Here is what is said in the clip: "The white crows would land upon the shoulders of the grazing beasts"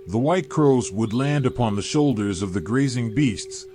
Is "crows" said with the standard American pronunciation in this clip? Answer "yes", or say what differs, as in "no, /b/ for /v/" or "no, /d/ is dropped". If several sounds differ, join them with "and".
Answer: yes